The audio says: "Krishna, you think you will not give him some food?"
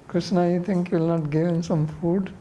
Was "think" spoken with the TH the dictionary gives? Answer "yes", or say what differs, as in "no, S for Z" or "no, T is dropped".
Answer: no, T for TH